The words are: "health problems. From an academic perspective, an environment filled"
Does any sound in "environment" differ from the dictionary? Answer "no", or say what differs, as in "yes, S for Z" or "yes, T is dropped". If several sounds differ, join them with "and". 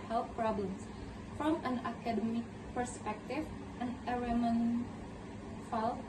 yes, V is dropped and N is dropped